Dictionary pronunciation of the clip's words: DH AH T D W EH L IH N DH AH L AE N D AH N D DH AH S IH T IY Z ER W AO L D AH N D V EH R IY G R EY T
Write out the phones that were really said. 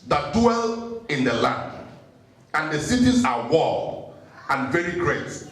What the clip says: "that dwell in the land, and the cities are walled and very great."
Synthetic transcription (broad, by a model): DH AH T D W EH L IH N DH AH L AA N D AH N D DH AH S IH T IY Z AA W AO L AH N V EH R IY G R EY T